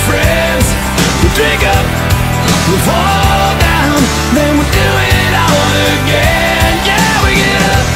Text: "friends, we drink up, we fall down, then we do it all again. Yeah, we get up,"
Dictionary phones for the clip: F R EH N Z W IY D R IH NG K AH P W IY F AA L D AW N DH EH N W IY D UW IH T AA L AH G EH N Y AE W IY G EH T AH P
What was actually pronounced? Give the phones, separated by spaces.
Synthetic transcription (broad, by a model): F R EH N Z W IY D R IH NG K AH P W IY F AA L D AW N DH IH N W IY D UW IH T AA N AH G EH N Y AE W IY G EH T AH